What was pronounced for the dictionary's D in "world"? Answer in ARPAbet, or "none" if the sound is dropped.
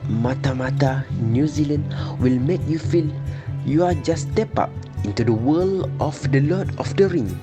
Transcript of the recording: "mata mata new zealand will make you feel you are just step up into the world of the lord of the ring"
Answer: none